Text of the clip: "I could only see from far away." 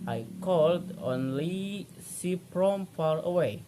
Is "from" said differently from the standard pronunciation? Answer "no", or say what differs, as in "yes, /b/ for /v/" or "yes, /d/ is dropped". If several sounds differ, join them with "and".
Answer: yes, /p/ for /f/